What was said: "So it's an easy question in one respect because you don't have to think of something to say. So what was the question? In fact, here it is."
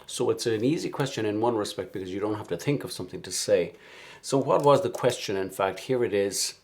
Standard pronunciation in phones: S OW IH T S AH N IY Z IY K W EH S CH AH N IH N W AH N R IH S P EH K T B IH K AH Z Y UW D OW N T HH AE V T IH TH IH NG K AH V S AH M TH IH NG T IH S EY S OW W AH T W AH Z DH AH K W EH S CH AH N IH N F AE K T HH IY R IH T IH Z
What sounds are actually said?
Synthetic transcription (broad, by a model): S OW IH T S AH N IY Z IY K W EH S CH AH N IH N W AH N R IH S P EH K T B IH K AH Z Y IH D OW N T HH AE F T IH TH IH NG K AH V S AH M TH IH NG T IH S EY S OW W AH T W AH Z DH AH K W EH S CH AH N IH N F AE K T HH IY R IH T IH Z